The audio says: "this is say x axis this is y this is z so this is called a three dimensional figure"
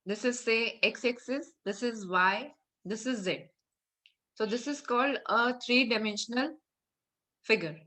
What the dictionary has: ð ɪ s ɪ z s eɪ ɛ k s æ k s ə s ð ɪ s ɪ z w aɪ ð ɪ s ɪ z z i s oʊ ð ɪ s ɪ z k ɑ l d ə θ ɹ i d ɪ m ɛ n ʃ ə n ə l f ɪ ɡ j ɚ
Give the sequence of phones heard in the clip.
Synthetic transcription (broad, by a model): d ɪ s ɪ z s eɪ ɛ k s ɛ k s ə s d ɪ s ɪ z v aɪ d ɪ s ɪ z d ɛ s oʊ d ɪ s ɪ z k ɑ l d ə t ɹ i d ɪ m ɛ n ʃ ə n ə l f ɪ ɡ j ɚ